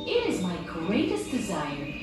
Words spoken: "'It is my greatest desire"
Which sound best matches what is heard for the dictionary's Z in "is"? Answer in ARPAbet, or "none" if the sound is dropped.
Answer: Z